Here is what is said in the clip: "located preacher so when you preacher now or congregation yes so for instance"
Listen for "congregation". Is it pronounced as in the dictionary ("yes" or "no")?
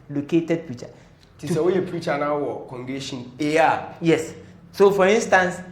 no